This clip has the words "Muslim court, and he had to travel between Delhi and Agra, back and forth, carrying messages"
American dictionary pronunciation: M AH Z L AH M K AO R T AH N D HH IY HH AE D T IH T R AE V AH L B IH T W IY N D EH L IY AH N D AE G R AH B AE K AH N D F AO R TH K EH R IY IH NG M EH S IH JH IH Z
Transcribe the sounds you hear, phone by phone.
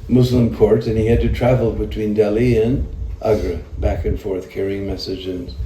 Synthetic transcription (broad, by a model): M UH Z L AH M K AO R T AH N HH IY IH D T IH T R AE V L B IH T W IY N D EH L IY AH N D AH G R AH B AE K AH N F AO R TH K EH R IY IH NG M EH S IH JH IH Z